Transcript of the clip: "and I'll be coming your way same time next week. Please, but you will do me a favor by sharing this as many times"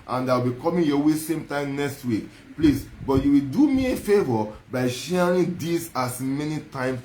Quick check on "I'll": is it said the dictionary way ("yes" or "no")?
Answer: no